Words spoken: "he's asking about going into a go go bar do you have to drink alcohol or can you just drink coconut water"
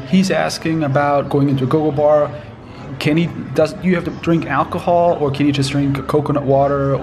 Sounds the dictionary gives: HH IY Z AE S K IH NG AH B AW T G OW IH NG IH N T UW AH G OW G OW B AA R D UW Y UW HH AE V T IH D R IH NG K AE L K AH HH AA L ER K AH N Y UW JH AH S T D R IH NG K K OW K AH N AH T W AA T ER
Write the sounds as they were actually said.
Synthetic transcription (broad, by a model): HH IY Z AE S K IH NG AH B AW T G OW IH NG IH N T UW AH G OW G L B AA R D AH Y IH HH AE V T IH D R IH NG K AE L K AH HH AA L ER K AH N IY JH AH S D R IH NG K K OW K AH N AH T W AA T ER